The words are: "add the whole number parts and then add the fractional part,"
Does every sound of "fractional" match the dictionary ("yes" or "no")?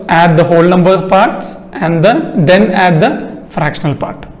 yes